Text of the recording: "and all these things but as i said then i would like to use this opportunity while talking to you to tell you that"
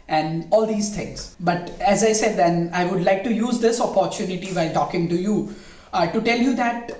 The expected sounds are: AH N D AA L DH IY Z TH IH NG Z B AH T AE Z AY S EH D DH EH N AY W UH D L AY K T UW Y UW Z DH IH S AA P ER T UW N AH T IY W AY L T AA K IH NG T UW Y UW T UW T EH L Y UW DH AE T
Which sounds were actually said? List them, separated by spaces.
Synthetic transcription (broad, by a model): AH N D AA L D IY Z T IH NG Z B AH T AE Z AY S EH D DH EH N AY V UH D L AY K T UW Y UW Z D IH S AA P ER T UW N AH T IY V AY L T AA K IH NG T UW Y UW T UW T EH L Y UW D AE T